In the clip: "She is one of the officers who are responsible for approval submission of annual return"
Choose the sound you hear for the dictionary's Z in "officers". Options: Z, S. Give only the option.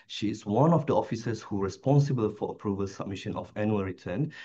S